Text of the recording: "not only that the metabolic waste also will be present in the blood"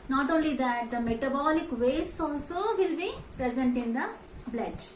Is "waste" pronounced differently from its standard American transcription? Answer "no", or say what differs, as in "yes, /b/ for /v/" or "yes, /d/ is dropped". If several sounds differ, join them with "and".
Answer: yes, /t/ is dropped